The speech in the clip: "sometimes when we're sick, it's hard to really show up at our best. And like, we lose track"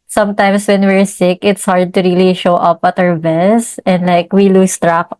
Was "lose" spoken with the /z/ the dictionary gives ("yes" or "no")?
no